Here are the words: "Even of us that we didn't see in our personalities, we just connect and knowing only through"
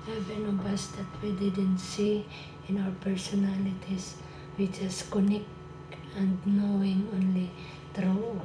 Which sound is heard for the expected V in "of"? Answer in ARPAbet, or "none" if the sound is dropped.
B